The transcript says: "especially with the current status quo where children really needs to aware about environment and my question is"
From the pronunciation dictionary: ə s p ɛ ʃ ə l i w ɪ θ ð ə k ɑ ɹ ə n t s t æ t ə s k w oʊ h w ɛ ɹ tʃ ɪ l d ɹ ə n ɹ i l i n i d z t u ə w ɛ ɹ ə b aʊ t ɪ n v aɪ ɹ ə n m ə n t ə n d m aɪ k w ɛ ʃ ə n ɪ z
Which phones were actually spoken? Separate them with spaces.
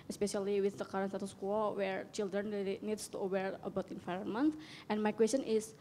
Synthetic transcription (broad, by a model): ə s p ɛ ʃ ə l i w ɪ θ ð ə k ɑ ɹ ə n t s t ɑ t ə s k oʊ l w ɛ ɹ tʃ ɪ l d ɹ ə n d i n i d s t u ə w ɛ ɹ ə b aʊ t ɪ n f aɪ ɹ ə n m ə n t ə n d m aɪ k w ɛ s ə n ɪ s